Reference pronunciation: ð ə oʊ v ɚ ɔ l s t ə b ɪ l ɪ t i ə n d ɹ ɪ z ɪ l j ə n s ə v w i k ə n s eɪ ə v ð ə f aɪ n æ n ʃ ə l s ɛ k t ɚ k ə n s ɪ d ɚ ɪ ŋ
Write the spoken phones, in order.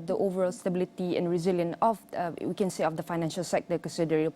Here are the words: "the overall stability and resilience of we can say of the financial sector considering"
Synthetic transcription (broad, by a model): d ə oʊ v ɚ ɔ l s t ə b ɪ l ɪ t i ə n ɹ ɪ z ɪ l j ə n ə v w i k ə n s eɪ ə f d ə f aɪ n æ n ʃ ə l s ɛ k t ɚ k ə n s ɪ d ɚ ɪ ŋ